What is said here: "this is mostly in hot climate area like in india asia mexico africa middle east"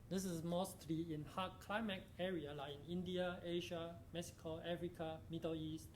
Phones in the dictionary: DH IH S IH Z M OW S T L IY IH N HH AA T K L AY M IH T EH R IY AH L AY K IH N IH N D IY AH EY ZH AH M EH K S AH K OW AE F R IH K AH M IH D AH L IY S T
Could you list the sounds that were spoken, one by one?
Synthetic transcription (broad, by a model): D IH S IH S M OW S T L IY IH N HH AA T K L AY M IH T EH R IY AH L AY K IH N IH N D IY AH EY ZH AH M EH K S AH K OW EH F R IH K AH M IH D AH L IY S T